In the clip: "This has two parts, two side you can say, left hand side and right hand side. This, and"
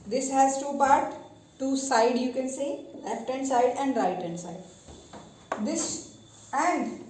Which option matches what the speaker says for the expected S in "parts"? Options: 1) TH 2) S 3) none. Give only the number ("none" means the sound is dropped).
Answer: 3